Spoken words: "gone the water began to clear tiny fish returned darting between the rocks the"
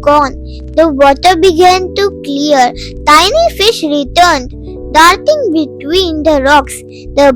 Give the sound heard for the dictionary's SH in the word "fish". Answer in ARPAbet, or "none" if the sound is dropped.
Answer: SH